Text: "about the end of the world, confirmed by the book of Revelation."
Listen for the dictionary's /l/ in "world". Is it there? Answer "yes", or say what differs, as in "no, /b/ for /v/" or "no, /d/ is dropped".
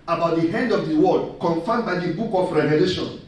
no, /l/ is dropped